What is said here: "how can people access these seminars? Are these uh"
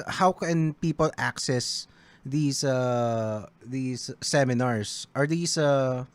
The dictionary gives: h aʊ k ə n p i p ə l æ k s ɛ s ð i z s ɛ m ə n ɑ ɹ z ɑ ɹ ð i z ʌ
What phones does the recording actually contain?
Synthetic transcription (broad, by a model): h aʊ k ə n p i p ə l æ k s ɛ s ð i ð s ɛ m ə n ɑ ɹ s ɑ ɹ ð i s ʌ